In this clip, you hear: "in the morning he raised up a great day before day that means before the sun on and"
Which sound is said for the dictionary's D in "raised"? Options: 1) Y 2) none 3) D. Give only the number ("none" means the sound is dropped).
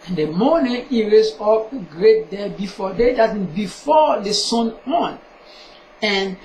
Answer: 2